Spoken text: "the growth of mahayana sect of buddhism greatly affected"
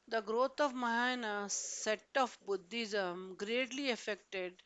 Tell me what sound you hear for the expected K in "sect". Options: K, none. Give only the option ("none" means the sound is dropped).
none